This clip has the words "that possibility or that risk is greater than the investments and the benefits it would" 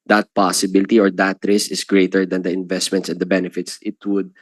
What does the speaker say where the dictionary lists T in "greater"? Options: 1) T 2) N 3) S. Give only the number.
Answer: 1